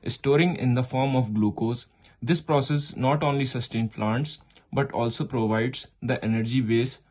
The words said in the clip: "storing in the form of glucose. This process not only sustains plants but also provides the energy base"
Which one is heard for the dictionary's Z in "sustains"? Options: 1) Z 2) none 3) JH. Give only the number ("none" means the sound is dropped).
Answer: 2